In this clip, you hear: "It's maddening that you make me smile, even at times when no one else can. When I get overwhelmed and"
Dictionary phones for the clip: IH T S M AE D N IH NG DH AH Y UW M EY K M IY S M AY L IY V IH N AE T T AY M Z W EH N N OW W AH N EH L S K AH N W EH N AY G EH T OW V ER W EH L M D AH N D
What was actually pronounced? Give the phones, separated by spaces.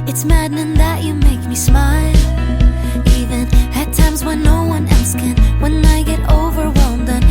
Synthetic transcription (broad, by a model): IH T S M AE D N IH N DH AH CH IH M EY K M IY S M AY L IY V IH N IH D T AY M Z W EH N N OW W AH N EH L S K AH N W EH N AY G EH T OW V ER W EH L M D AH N